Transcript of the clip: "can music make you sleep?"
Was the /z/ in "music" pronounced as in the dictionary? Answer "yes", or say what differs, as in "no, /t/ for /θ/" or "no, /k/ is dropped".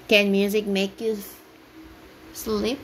yes